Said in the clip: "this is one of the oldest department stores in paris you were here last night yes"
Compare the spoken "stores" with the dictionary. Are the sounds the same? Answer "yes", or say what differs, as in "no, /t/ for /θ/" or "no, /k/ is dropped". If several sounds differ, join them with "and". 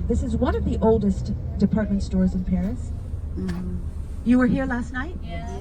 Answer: yes